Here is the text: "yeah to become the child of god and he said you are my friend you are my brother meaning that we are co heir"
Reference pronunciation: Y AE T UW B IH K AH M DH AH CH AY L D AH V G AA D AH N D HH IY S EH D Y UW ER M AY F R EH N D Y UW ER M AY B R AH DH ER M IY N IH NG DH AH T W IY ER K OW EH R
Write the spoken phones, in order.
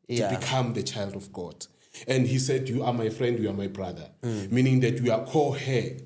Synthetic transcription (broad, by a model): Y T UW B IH K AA M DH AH CH AY L D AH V G AA D AH N D HH IY S EH D Y UW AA M AY F R EH N D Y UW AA M AY B R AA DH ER M IY N IH NG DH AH T W IY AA K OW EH